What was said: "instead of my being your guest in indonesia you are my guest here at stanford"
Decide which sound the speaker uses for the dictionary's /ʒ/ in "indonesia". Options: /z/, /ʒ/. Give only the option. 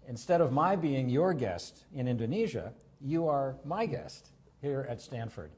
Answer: /ʒ/